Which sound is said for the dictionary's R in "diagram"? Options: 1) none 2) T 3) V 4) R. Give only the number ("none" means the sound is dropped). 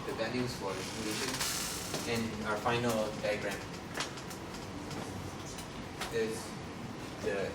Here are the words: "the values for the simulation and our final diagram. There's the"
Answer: 4